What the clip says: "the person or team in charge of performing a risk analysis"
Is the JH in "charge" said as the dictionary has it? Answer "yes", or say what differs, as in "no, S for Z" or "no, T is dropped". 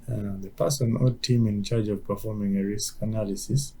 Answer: yes